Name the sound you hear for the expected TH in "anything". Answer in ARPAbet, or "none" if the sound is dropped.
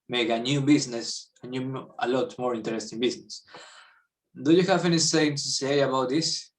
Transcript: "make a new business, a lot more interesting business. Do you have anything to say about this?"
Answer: S